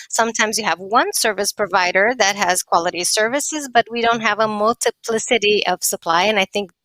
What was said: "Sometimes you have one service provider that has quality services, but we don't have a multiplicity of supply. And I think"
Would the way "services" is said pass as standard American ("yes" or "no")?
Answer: yes